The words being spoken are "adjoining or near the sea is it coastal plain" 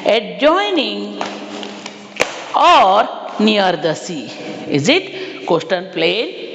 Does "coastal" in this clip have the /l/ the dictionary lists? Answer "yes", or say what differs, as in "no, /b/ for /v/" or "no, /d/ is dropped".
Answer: no, /n/ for /l/